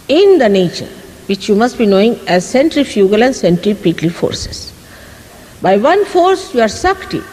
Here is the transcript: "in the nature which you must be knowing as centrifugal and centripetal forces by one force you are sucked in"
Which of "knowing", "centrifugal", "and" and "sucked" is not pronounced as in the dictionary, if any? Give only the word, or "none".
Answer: none